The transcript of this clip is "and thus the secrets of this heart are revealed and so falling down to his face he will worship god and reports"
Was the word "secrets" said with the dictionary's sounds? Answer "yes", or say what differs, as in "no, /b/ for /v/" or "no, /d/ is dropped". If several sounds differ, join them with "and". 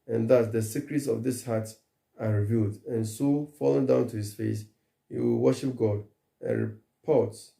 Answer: yes